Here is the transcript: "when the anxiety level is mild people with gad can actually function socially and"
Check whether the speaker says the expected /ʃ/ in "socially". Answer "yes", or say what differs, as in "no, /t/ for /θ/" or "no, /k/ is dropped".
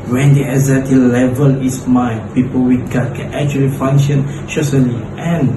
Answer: no, /s/ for /ʃ/